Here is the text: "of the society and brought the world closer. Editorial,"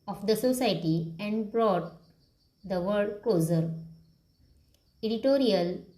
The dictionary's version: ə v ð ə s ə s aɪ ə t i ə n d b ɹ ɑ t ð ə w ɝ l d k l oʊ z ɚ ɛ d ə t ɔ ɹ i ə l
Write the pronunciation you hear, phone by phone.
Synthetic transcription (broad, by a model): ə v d ə s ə s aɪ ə t i ə n d b ɹ ɑ t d ə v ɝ d k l oʊ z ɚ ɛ d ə t ɔ ɹ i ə l